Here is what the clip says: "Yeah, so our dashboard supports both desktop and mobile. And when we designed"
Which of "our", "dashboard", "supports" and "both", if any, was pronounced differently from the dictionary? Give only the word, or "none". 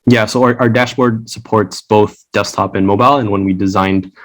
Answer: none